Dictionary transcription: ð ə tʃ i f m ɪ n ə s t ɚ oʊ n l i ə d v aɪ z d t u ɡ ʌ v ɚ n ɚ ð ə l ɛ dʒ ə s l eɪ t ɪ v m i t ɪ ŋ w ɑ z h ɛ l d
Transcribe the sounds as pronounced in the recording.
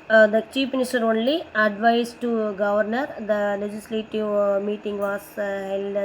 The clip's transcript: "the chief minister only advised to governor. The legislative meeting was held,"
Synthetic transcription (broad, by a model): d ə tʃ i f m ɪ n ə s t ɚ oʊ n l i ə d v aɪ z t u ɡ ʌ v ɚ n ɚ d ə l ɛ dʒ ə s l eɪ t ɪ v m i t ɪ ŋ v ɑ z h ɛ l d